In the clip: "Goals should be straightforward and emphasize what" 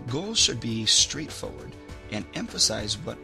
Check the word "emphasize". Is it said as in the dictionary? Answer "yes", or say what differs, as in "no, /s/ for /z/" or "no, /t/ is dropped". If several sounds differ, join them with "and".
yes